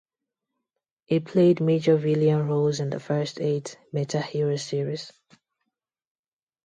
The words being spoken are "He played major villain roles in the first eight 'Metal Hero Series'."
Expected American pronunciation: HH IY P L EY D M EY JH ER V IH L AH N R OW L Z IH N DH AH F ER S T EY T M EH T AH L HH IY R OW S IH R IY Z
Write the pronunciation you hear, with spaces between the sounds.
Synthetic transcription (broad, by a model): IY P L EY D M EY JH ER V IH L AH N R OW L Z IH N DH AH F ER S T EY T M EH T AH HH IY R OW S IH R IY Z